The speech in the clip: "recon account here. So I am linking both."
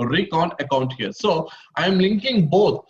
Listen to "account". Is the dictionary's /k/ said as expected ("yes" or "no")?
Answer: yes